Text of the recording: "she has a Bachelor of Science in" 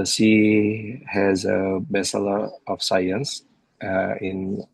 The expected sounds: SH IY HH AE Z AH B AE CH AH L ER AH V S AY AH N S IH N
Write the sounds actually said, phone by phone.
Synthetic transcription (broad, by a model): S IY HH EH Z AH B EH S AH L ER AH F S AY AH N S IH N